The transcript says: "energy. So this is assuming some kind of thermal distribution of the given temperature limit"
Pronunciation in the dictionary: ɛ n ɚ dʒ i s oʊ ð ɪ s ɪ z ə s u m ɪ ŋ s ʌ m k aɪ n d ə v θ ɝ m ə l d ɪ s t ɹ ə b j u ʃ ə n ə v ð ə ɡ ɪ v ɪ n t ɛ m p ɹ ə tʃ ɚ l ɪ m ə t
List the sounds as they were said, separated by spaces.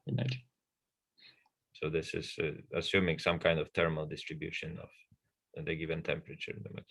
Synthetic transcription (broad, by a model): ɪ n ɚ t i s oʊ ð ɪ s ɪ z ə s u m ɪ ŋ s ʌ m k aɪ n d ə v t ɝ m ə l d ɪ s t ɹ ə b j u ʃ ə n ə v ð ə ɡ ɪ v ɪ n t ɛ m p ɹ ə tʃ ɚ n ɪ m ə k